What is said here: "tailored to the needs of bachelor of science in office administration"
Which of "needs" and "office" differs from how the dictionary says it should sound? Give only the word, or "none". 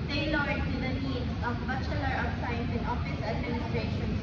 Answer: needs